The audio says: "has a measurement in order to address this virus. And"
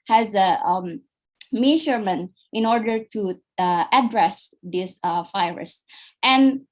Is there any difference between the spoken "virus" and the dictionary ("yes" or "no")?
yes